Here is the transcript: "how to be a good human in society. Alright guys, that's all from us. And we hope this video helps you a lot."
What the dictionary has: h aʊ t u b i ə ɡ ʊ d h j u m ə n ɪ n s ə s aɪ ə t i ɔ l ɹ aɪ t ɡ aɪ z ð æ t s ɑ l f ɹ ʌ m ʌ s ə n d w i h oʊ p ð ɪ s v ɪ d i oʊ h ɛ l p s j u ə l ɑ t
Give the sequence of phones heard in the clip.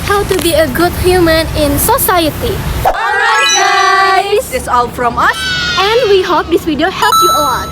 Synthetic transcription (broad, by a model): h aʊ t u b i ə ɡ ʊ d h j u m ə n ɪ n s ə s aɪ ə t i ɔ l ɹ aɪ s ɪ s ɑ l f ɹ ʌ m ʌ s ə n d w i h oʊ p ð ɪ s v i d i oʊ h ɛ l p j u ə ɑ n